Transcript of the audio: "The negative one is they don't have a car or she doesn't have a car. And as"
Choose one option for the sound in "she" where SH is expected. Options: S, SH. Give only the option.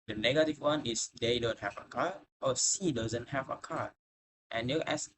S